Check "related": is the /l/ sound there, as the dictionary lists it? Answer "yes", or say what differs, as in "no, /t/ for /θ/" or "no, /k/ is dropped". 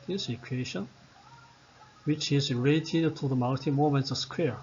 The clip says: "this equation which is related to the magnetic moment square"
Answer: no, /l/ is dropped